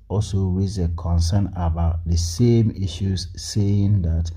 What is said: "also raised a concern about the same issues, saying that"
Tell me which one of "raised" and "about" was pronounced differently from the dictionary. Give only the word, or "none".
raised